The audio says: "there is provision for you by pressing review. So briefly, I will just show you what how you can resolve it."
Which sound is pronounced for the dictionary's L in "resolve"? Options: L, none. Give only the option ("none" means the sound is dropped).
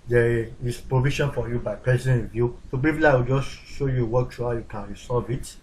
none